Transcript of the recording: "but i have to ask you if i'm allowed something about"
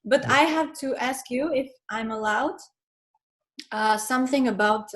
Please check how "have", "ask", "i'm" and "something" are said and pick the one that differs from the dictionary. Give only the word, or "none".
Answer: none